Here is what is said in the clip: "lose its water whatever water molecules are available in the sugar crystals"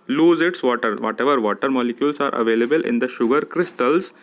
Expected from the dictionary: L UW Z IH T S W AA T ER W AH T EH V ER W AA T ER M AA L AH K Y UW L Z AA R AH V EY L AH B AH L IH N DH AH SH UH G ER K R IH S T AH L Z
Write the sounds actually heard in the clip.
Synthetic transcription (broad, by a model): L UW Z IH T S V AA T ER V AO T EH V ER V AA T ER M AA L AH K Y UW L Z AA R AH V EY L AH B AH L IH N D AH SH UH G ER K R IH S T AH L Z